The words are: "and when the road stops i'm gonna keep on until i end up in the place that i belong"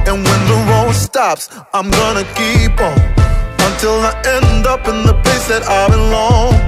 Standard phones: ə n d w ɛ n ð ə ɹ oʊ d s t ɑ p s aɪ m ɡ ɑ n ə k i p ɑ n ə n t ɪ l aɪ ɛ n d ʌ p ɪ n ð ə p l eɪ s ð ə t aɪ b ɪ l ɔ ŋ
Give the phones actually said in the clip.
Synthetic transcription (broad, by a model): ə n w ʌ n ð ə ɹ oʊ s t ɑ p s aɪ m ɡ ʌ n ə k i p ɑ ə n t ɪ l aɪ ɛ n d ʌ p ɪ n ð ə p eɪ s ð ə t aɪ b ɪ l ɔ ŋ